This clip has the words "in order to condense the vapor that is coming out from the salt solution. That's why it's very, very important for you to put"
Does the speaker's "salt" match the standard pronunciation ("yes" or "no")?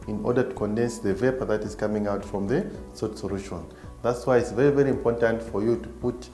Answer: no